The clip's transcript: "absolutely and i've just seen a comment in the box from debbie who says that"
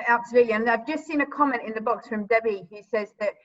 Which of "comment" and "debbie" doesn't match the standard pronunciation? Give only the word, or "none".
none